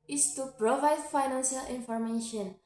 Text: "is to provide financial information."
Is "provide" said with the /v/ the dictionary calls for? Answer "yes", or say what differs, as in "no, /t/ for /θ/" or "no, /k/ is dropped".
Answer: yes